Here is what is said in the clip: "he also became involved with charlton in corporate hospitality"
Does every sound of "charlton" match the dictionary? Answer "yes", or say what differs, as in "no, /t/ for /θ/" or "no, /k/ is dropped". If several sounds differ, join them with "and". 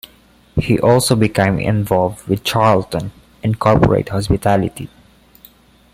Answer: yes